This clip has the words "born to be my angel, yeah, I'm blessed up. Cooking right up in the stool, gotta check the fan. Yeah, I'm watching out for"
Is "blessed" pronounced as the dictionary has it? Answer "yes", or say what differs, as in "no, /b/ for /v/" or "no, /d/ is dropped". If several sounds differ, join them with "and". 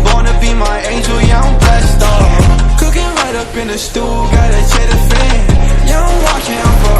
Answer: no, /l/ is dropped